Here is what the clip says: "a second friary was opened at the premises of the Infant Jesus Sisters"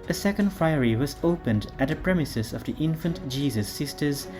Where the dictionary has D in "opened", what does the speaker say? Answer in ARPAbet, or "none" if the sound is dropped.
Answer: D